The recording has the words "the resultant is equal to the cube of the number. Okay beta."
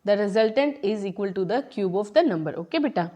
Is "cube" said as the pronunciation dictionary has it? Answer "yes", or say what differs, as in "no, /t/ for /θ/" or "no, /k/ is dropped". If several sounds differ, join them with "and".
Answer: yes